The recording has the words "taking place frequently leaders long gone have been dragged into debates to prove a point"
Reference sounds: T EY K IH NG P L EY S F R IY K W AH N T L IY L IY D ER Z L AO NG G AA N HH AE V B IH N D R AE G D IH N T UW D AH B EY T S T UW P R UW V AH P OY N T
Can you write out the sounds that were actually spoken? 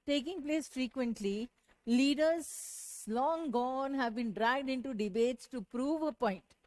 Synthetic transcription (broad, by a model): T EY K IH NG P L EY S F R IY K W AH N T L IY L IY D ER Z L AO NG G AA N HH AE V B IH N D R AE G D IH N T UW D AH B EY T S T UW P R UW V AH P OY N T